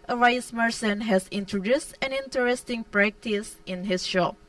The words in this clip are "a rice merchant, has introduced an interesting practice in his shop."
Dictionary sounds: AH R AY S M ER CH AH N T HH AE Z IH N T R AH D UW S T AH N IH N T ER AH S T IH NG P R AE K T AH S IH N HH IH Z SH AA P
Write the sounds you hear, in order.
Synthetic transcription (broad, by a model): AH R AY S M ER S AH N HH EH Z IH N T R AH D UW S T AH N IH N T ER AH S T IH NG P R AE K T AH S IH N HH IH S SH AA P